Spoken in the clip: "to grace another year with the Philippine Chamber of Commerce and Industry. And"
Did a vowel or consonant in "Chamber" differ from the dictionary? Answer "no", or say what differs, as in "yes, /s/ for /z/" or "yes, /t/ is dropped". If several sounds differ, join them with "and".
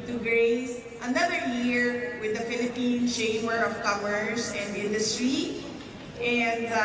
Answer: yes, /b/ is dropped